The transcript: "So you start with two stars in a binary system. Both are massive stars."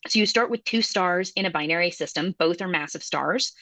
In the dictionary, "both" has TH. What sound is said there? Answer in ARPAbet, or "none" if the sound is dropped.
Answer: TH